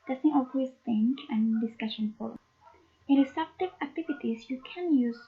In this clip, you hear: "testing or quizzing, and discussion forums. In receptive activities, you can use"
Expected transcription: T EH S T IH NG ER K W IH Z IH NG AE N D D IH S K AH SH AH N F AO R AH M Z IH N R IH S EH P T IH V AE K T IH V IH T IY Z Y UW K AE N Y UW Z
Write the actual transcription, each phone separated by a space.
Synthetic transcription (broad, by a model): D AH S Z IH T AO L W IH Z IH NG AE N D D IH S K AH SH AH N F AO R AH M IH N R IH S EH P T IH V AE K T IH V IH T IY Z Y UW K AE N Y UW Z